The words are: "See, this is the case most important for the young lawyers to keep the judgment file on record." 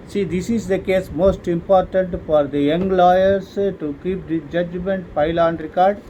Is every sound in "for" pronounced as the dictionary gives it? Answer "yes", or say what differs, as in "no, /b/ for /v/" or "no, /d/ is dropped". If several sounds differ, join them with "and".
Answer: yes